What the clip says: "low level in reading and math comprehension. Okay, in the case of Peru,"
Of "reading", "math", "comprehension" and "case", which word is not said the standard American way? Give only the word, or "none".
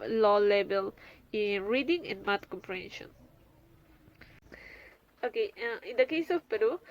math